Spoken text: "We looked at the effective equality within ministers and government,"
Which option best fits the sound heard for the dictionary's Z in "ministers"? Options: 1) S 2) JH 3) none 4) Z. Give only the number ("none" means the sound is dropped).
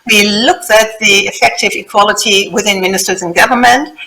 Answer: 4